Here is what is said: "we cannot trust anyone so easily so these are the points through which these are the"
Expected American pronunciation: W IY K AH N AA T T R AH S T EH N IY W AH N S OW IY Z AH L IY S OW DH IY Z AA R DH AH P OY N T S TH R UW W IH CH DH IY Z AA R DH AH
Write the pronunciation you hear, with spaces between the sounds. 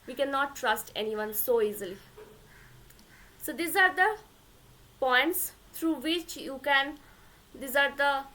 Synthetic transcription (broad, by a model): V IY K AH N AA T T R AH S T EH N IY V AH N S OW IY Z AH L IY S OW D IY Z AA R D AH P OY N T S T R UW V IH CH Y IY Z AA R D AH